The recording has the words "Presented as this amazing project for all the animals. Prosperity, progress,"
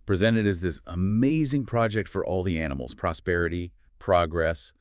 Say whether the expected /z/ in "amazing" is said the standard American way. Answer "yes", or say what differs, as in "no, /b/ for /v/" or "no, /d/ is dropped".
yes